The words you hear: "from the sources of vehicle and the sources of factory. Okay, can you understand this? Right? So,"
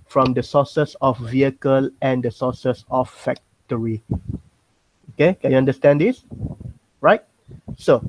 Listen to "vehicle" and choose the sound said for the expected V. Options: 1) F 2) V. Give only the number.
2